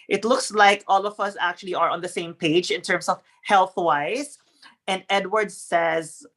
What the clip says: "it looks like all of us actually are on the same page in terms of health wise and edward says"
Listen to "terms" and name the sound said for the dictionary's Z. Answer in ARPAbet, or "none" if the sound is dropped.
S